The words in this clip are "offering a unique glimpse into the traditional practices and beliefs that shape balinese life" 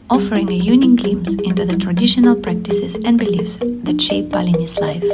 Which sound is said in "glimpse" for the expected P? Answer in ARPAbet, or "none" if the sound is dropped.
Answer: none